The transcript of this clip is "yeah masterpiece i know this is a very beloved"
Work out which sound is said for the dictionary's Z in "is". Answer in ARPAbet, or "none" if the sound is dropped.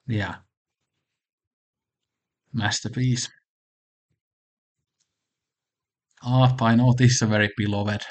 S